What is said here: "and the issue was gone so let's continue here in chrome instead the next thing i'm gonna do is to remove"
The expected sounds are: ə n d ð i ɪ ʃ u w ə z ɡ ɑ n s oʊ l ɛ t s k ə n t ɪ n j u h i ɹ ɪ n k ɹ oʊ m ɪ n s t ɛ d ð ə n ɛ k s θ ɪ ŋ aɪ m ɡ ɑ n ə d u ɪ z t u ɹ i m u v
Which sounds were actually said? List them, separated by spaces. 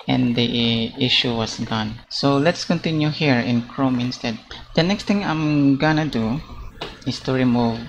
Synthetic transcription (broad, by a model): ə n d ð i ɪ ʃ u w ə s ɡ ɑ n s oʊ l ɛ t s k ə n t ɪ n j u h i ɹ ɪ n k ɹ oʊ m ɪ n s t ɛ d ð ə n ɛ k s t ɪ ŋ aɪ m ɡ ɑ n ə d u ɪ s t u ɹ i m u v